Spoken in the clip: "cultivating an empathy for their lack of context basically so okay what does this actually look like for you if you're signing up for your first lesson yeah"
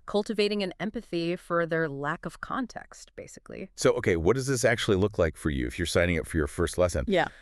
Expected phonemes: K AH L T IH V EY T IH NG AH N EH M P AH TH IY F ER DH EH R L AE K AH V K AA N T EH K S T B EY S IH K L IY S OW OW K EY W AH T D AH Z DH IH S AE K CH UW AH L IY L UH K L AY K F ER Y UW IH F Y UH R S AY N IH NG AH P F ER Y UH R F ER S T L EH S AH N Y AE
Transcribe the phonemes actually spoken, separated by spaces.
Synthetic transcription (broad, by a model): K AH L T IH V EY T IH NG AH N EH M P AH TH IY F ER DH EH R L AE K AH V K AA N T EH K S T B EY S IH K L IY S OW OW K EY W AH T D AH Z DH IH S AE K CH UW AH L IY L UH K L AY K F ER Y UW IH F Y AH R S AY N IH NG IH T F ER Y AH R F ER S T L EH S AH N Y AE